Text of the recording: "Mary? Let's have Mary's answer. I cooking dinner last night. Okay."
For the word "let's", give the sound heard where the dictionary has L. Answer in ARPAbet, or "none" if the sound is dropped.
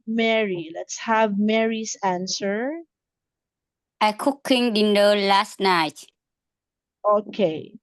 L